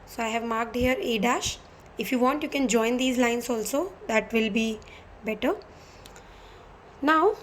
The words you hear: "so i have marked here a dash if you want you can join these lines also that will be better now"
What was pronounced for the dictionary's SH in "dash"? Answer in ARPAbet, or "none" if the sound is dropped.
SH